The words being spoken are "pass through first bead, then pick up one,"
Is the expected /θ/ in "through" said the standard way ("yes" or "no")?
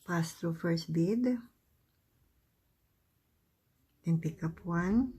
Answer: no